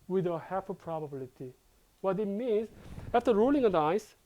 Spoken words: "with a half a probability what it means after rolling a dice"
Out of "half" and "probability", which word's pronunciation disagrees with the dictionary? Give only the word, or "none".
half